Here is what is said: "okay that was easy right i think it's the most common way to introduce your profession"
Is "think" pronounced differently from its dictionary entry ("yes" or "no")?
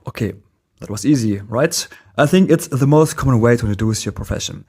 no